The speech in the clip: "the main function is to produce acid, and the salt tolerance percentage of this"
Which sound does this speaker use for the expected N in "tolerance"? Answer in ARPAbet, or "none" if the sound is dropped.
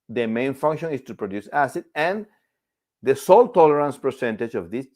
N